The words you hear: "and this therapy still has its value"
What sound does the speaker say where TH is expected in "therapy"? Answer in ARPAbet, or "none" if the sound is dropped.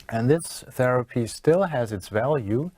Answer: TH